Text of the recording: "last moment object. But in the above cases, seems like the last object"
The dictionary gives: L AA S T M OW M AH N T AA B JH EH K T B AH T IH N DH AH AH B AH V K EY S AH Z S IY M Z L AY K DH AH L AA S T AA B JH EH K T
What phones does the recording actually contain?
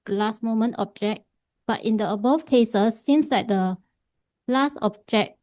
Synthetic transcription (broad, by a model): L AA S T M OW M AH N T AA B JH EH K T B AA T IH N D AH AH B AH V K EY S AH S IY M S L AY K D AH L AA S T AA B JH EH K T